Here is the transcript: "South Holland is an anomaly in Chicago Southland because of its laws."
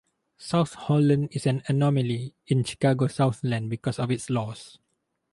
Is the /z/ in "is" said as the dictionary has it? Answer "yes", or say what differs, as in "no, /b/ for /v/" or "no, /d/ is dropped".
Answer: no, /s/ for /z/